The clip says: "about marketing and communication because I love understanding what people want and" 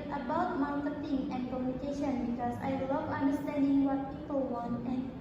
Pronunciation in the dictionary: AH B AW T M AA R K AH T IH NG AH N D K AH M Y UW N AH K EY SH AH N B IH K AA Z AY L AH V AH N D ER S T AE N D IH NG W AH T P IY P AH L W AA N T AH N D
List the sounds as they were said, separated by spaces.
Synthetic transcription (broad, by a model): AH B AW T M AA L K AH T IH NG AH N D K AH M Y UW N AH K EY SH AH N B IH K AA S AY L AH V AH N D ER S T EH N D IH NG W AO T P IY P AH L W AA N T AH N